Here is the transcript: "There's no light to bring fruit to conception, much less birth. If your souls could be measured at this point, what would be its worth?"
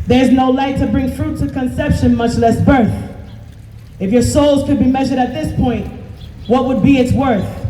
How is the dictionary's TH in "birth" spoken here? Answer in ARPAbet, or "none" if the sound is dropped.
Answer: TH